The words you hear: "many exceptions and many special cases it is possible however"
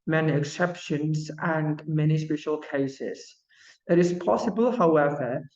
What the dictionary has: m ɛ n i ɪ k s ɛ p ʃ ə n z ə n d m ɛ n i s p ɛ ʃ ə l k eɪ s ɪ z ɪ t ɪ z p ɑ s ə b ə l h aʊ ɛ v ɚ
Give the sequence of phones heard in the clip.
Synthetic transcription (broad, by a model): m ɛ n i ɪ k s ɛ p ʃ ə n z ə n m ɛ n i s p ɛ ʃ ə l k eɪ s ɪ z ɪ t ɪ z p ɑ s ə b ə l h aʊ ɛ v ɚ